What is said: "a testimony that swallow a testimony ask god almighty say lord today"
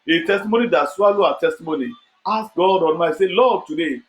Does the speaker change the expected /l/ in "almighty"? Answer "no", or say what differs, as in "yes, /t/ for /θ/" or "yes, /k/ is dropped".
yes, /n/ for /l/